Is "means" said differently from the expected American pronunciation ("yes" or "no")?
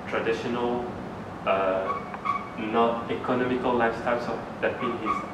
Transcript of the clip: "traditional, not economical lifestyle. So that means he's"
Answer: yes